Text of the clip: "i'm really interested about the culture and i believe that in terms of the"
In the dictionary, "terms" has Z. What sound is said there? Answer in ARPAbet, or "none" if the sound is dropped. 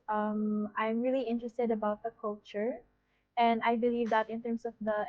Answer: S